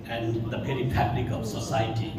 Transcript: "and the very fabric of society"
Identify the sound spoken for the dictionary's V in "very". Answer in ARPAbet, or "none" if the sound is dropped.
P